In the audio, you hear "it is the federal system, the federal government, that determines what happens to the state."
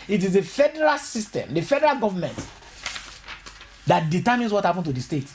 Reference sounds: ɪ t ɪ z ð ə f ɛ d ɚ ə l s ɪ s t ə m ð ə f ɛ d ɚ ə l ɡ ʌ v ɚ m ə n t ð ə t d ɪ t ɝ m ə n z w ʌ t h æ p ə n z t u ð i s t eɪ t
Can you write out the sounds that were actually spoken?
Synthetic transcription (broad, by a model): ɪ t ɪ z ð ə f ɛ d ɚ ə l s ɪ s t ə m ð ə f ɛ d ɚ ə l ɡ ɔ v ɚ m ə n t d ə t d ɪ t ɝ m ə n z w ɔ t h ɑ p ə n t u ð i s t eɪ t